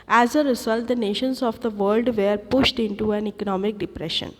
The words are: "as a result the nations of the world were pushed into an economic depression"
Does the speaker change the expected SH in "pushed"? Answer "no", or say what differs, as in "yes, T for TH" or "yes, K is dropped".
no